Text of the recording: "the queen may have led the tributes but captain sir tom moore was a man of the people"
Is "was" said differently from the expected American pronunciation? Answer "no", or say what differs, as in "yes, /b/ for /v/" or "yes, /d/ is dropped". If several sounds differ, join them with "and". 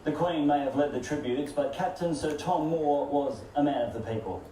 no